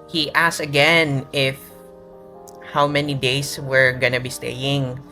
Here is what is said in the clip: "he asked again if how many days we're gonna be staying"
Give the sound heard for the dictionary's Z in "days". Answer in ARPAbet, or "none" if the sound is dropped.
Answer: S